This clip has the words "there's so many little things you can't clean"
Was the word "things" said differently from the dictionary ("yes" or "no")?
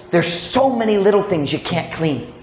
no